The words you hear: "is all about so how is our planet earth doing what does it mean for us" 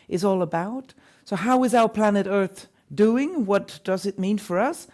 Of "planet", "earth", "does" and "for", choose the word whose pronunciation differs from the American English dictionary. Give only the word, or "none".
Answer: none